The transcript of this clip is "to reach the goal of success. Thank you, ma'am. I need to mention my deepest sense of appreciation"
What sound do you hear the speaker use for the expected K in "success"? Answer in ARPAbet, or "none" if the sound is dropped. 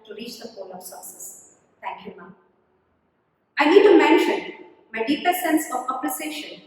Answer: none